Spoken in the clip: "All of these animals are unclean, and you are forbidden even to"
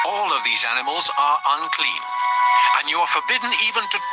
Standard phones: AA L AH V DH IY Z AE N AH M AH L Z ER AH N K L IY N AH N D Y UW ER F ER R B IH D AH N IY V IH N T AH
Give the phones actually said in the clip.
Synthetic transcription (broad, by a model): AA L AH V DH IY Z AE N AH M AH L Z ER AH N K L IY N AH N Y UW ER F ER R B IH D N IY V IH N T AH